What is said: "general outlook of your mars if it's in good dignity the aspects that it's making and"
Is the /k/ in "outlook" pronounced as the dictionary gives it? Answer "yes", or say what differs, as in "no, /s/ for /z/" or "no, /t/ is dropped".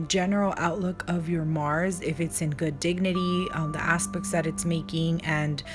yes